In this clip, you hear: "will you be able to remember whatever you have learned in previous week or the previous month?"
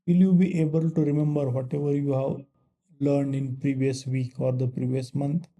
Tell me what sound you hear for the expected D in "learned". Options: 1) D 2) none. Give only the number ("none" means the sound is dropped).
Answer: 1